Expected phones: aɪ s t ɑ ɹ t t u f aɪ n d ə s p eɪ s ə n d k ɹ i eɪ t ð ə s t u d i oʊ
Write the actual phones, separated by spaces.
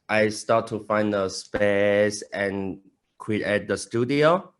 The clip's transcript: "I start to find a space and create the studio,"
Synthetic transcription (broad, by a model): aɪ s t ɑ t t u f aɪ n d ə s p eɪ s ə n k w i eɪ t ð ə s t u d i oʊ